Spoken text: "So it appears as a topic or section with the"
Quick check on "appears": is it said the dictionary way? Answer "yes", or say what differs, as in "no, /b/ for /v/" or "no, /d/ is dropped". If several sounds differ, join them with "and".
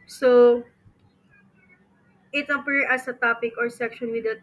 no, /z/ is dropped